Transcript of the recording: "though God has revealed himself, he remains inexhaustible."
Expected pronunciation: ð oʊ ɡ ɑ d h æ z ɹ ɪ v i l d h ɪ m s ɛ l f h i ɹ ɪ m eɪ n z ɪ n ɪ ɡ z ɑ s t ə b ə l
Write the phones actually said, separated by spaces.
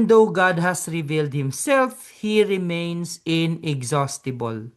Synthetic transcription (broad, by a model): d oʊ ɡ ɑ d h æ s ɹ ɪ v i l d h ɪ m s ɛ l f h i ɹ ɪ m eɪ n s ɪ n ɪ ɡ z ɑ s t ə b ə l